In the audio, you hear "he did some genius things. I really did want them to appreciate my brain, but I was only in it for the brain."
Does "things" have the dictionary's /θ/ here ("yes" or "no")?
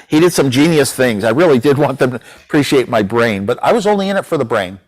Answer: yes